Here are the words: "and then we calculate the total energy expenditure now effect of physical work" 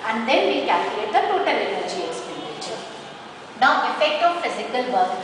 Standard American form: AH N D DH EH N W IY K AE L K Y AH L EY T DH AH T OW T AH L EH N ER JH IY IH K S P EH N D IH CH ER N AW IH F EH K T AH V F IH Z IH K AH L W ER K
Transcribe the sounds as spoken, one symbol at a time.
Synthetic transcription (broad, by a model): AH N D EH N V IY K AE K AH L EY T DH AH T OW T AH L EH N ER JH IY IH S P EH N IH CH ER N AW IH F EH K T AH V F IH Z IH K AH L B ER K